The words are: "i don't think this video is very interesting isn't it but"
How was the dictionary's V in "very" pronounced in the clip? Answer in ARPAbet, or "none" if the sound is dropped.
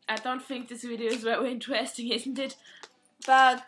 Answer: W